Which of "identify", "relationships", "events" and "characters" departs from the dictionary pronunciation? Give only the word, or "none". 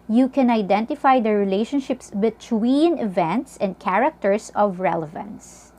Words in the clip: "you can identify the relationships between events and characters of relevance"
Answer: characters